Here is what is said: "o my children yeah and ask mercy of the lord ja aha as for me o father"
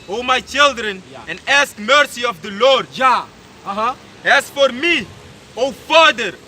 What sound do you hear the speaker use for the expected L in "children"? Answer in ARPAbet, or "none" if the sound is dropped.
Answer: L